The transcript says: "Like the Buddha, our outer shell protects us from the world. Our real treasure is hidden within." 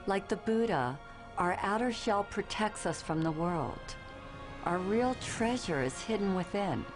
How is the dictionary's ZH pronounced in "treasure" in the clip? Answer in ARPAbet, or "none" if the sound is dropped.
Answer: ZH